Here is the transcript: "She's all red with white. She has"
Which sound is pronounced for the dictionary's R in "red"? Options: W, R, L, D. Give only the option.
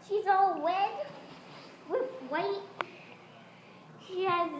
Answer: W